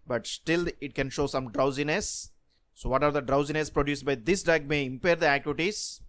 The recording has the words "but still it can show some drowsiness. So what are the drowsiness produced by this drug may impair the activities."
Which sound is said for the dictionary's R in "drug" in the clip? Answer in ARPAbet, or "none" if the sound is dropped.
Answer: none